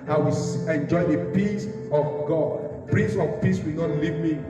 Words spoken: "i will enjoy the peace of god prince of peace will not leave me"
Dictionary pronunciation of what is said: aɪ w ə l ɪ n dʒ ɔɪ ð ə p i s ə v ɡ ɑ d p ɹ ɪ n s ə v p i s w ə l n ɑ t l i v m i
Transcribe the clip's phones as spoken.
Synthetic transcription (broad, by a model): aɪ w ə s ɪ n dʒ ɔɪ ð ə p i s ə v ɡ ɑ d p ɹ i s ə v p i s w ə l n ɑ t l i v m i